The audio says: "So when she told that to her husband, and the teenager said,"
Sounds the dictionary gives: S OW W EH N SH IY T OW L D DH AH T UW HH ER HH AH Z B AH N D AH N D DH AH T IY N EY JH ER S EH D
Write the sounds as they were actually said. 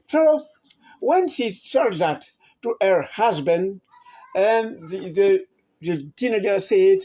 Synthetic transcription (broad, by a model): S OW W EH N SH IY S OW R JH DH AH T UW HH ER HH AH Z B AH N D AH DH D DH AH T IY N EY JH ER S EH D